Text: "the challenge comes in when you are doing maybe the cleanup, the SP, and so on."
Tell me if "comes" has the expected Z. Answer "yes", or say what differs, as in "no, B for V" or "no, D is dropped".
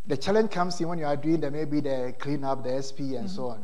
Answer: no, S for Z